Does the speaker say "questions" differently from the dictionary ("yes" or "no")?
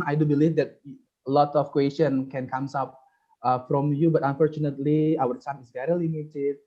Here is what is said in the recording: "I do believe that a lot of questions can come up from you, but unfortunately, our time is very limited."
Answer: yes